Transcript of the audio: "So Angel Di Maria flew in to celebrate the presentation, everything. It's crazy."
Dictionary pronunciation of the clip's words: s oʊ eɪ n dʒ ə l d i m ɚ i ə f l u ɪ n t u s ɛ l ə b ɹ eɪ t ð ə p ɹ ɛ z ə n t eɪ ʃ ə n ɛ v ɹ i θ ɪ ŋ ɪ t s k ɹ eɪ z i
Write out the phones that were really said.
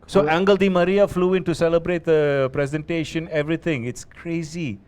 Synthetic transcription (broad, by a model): s oʊ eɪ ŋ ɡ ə l d i m ɚ i ə f l u ɪ n t u s ɛ l ə b ɹ eɪ t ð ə p ɹ ɛ z ə n t eɪ ʃ ə n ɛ v ɹ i t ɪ ŋ ɪ t s k ɹ eɪ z i